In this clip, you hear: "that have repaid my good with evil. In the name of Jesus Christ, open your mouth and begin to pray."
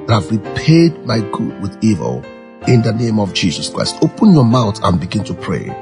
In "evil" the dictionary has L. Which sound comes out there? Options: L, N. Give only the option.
L